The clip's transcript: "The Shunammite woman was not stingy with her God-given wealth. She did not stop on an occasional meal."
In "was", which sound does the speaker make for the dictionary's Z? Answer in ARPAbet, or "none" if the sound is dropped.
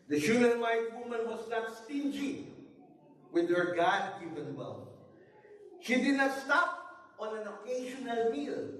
S